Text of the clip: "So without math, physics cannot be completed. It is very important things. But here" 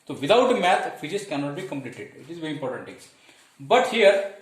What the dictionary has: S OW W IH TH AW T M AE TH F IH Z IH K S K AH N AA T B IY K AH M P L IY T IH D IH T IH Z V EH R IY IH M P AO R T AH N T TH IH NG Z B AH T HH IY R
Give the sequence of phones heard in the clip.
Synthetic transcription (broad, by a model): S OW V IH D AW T M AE T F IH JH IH S K AH N AA T B IY K AH M P L IY T IH D IH T IH Z V EH R IY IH M P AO R T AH N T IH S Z B AH T HH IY R